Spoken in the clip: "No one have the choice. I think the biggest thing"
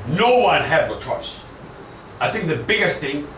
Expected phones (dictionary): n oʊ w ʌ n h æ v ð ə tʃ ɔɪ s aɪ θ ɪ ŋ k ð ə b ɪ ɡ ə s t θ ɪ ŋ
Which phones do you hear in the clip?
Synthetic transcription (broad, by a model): n oʊ w ʌ n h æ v ð ə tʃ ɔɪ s aɪ θ ɪ ŋ k ð ə b ɪ ɡ ə s t θ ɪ ŋ